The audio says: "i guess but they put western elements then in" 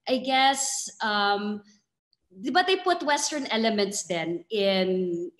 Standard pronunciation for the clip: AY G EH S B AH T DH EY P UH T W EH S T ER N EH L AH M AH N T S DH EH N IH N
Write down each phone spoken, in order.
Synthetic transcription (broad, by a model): AY G EH S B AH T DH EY P UH T W EH S T ER N EH L AH M AH N T S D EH N IH N